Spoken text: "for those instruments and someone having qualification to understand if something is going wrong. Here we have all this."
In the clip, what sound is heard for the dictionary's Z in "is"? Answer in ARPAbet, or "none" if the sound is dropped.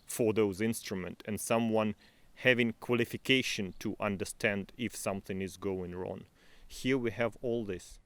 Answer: Z